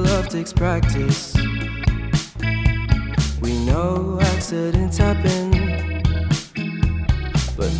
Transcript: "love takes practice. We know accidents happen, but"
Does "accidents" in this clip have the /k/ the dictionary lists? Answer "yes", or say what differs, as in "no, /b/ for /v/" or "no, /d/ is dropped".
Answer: no, /k/ is dropped